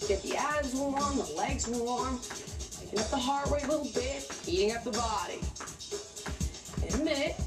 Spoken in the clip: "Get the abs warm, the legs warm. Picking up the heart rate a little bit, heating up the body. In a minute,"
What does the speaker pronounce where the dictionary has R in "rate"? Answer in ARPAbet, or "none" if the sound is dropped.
W